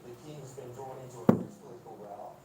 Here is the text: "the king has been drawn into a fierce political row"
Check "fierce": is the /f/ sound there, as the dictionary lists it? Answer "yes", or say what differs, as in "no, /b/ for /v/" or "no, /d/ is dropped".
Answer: no, /p/ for /f/